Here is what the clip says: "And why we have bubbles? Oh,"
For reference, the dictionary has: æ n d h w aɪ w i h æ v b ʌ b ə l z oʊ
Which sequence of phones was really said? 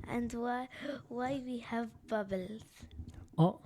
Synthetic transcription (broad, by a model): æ n d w w aɪ w i h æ v b ʌ b ə l z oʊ